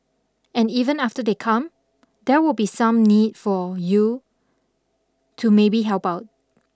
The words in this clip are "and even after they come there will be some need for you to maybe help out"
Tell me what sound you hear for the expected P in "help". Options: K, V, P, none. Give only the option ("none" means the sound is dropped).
P